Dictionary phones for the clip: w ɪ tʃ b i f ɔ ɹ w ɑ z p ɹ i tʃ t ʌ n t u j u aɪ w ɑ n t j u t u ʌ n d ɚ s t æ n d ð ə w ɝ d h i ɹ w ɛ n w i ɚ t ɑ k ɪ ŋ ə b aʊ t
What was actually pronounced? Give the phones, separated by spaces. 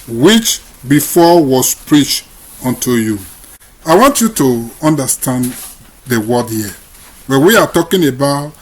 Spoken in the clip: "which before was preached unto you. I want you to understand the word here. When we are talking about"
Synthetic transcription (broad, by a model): w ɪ tʃ b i f ɔ w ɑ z p ɹ i tʃ t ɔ n t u j u aɪ w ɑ n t j u t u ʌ n d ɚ s t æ n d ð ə w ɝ d h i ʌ w ɛ n w i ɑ t ɑ k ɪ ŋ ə b aʊ t